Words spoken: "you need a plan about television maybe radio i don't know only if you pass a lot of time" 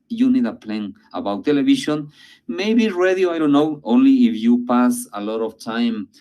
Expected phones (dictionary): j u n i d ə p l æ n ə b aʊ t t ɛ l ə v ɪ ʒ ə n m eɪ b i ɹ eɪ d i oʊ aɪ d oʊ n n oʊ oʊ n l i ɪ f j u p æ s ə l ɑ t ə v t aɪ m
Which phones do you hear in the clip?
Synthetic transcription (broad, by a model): j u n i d ə p l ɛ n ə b aʊ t t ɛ l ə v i ʃ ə n m eɪ b i ɹ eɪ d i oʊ aɪ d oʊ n n oʊ oʊ n l i ɪ f j u p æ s ə l ɑ t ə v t aɪ m